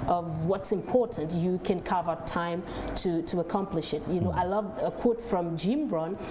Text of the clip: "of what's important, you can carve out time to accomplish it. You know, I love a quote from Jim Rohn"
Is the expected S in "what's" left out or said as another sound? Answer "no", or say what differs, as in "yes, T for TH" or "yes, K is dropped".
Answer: no